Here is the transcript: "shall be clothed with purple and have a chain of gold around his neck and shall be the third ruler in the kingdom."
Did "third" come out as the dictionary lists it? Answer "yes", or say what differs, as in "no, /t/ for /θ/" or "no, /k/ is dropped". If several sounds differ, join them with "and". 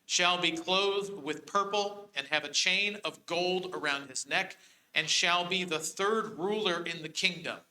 yes